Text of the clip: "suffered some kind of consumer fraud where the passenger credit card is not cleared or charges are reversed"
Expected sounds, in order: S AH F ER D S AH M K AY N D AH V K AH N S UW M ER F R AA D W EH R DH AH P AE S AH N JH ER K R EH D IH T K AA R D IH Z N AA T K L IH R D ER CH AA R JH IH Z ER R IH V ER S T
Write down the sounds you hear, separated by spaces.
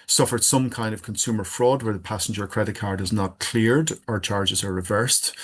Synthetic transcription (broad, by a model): S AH F ER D S AH M K AY N D AH V K AH N S UW M ER F R AA D W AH R DH AH P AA S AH N JH ER K R EH D IH T K AA R D IH Z N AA T K L IH R D ER CH AA R JH IH Z ER R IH V ER S T